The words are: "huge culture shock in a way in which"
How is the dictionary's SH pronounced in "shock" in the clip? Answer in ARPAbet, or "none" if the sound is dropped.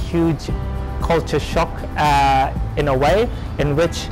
SH